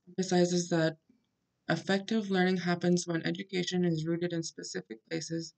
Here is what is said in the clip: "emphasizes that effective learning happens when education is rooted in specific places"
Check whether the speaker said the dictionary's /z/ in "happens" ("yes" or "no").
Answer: yes